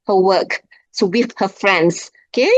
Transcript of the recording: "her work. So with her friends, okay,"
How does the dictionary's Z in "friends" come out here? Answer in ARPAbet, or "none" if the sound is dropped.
S